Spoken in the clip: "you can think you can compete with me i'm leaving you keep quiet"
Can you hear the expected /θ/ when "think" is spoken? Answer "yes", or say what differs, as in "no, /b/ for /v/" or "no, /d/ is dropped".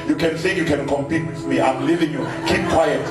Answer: no, /s/ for /θ/